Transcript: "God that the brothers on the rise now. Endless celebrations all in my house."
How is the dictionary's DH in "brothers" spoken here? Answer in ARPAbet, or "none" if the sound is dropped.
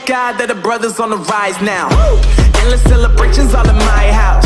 DH